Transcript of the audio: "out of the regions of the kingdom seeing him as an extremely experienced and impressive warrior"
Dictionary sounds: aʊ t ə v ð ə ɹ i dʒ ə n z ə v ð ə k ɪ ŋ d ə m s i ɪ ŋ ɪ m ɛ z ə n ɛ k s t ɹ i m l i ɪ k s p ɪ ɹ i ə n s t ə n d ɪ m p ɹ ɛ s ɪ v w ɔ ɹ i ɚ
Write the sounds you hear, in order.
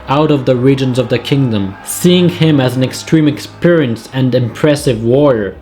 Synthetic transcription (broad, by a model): aʊ t ə v ð ə ɹ i dʒ ə n z ə v ð ə k ɪ ŋ d ə m s i ɪ ŋ ɪ m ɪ z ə n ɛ k s t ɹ i m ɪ k s p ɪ ɹ i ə n s ə n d ɪ m p ɹ ɛ s ɪ v w ɔ ɹ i ɚ